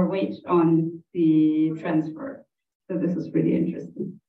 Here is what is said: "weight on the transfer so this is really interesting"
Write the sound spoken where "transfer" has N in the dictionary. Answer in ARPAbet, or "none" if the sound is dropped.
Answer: N